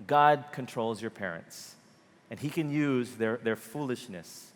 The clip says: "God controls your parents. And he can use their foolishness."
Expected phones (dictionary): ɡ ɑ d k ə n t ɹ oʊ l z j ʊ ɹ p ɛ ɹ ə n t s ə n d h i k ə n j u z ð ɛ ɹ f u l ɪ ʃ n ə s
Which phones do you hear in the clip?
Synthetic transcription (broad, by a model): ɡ ɑ d k ə n t ɹ oʊ l z j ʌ ɹ p ɛ ɹ ə n t s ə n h i k ə n j u z ð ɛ ɹ f u l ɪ ʃ n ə s